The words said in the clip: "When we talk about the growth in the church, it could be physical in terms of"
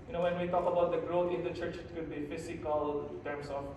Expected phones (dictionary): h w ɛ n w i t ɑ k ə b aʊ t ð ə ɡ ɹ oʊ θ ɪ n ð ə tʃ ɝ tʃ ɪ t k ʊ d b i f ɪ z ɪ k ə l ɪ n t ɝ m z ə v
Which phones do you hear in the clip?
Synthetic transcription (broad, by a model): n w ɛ n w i t ɑ k ə b aʊ t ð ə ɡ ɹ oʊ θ ɪ n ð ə tʃ ɝ tʃ ɪ t k ʊ d b i f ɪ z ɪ k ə l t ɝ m s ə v